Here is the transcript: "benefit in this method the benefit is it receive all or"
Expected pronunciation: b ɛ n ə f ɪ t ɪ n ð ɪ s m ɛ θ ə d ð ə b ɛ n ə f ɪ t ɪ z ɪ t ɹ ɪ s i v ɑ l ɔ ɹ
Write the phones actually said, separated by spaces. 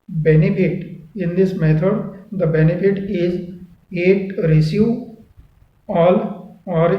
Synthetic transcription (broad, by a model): b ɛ n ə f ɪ t ɪ n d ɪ s m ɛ t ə d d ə b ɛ n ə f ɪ t ɪ z ɪ t ɹ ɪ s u ɑ l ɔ ɹ